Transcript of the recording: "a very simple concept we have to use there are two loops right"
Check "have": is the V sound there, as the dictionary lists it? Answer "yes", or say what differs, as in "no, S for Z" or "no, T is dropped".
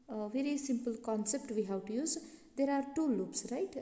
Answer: no, W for V